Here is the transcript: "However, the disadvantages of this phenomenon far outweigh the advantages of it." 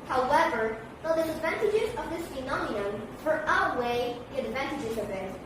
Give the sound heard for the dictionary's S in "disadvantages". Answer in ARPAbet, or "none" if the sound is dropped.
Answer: none